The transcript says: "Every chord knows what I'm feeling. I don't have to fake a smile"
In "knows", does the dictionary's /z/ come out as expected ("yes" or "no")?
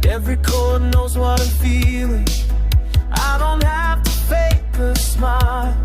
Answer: yes